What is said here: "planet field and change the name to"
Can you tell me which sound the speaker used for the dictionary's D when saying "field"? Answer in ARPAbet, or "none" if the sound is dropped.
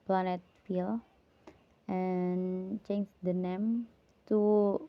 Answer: none